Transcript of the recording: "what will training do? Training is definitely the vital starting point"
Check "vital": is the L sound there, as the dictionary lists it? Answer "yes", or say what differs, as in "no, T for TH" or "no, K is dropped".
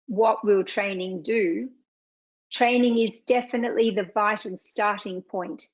no, N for L